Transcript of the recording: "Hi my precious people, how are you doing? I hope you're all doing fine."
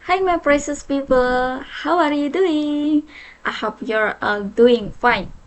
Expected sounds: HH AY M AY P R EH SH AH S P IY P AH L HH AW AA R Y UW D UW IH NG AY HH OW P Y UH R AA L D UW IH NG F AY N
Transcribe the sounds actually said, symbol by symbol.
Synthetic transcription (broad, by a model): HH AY M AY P R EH S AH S P IY P AH L HH AW AA R Y UW D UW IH NG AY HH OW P Y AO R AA D UW IH NG F AY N